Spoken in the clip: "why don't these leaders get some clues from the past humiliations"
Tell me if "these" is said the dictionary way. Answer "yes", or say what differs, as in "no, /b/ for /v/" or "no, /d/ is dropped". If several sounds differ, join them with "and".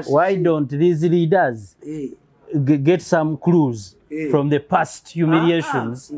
yes